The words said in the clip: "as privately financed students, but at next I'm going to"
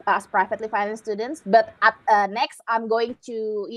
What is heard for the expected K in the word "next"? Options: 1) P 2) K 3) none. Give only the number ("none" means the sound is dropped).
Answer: 2